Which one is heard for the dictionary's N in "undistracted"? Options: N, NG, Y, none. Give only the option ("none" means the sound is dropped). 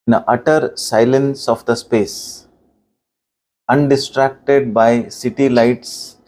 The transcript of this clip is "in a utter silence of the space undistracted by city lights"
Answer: N